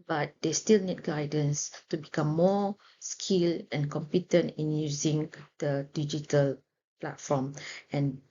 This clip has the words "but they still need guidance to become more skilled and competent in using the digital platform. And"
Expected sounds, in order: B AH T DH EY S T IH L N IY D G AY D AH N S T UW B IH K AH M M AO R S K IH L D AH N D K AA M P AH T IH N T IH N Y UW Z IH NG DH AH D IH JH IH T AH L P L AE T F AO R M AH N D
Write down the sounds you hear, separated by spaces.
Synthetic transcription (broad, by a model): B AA T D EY S T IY L N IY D G AY D AH N S T UW B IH K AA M M AO S K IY L AH N K AA M P AH T IH N T IH N Y UW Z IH NG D AH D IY JH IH T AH L P L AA T F AO M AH N